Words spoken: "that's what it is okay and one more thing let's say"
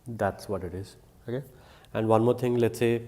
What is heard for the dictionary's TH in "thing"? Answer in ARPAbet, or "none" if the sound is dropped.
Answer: T